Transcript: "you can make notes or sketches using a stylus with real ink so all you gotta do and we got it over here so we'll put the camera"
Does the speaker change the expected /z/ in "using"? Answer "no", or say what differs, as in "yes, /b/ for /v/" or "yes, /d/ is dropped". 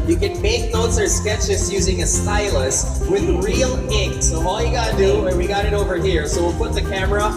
no